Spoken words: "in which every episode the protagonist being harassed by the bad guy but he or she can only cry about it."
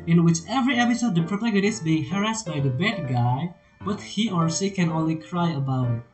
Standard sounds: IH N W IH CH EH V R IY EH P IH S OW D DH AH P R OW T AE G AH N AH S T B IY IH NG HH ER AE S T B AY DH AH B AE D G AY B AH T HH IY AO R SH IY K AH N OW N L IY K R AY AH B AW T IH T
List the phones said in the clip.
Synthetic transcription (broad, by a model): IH N W IH CH EH V R IY EH P IH S OW D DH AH P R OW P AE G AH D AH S B IY IH NG HH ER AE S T B AY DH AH B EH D G AY B AH T HH IY AO R S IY K AH N OW N L IY K R AY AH B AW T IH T